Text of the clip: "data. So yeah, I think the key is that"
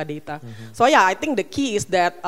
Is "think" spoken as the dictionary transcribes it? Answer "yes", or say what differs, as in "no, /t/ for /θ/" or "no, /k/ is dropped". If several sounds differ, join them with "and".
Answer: no, /t/ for /θ/